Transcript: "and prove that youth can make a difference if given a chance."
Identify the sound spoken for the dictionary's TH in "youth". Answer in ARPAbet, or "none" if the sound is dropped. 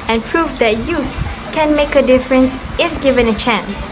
S